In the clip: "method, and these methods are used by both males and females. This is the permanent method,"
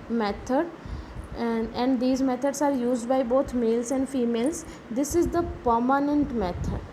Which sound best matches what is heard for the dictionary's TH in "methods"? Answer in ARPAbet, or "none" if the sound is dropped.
T